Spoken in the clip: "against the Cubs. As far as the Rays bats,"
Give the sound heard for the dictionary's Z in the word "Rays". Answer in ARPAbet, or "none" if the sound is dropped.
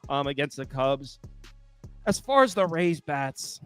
Z